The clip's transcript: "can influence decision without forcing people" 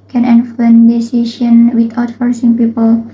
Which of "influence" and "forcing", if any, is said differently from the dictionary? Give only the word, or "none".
influence